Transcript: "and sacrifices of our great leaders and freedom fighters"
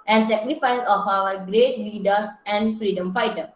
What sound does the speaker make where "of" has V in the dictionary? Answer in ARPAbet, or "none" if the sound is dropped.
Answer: W